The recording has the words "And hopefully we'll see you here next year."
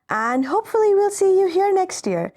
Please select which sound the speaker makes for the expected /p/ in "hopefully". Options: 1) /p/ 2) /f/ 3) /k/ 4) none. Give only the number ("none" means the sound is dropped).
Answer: 1